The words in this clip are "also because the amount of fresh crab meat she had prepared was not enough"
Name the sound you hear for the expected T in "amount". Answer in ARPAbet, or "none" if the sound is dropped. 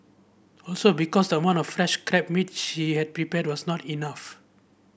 none